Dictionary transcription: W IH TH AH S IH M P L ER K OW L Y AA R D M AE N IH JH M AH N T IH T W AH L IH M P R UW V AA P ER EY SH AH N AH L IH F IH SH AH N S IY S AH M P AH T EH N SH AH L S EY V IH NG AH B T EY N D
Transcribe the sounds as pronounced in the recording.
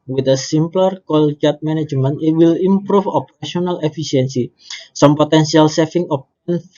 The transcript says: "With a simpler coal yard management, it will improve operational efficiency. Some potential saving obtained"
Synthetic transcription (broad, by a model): W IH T AH S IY M P L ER K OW L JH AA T M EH N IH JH M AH N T IH T W AH L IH M P R UW F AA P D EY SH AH N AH L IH F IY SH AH N S IY S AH M P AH T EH N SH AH L S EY F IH NG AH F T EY N